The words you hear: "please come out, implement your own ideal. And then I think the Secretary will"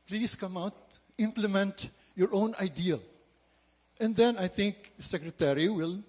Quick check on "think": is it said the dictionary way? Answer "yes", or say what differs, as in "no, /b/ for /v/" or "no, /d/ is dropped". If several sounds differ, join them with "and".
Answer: no, /t/ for /θ/